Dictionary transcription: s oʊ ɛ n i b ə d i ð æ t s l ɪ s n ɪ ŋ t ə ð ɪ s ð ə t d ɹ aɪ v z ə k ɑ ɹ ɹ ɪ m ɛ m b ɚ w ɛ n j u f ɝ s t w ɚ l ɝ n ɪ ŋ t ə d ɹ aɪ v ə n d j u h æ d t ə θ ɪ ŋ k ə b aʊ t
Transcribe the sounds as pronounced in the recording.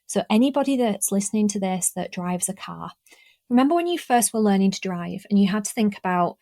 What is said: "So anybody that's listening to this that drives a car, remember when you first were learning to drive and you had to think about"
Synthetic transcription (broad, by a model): s oʊ ɛ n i b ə d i ð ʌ t s l ɪ s n ɪ ŋ t ə ð ɪ s ð ə t d ɹ aɪ v z ə k ɑ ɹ ɹ ɪ m ɛ m b ɚ w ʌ n j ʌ f ɝ s t w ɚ l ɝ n ɪ ŋ t ə d ɹ aɪ v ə n j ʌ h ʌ d t ə θ ɪ ŋ k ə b aʊ t